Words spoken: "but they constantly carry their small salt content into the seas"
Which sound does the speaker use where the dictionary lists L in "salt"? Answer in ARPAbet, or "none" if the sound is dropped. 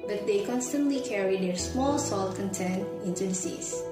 L